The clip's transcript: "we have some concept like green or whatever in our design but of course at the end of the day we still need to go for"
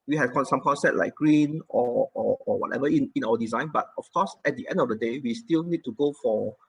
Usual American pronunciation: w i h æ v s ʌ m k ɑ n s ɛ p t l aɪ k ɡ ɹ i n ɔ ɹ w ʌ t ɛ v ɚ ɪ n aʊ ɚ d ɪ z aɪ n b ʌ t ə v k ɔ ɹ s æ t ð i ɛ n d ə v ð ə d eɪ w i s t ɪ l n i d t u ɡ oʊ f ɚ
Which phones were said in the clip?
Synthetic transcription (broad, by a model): w i h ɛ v s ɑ m k ɑ n s ɛ t l aɪ k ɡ ɹ i n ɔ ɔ w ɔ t ɛ v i ɪ n aʊ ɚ d ɪ z aɪ n b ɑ t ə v k ɔ s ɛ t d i ɛ n d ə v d ə d eɪ w i s t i l n i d t u ɡ oʊ f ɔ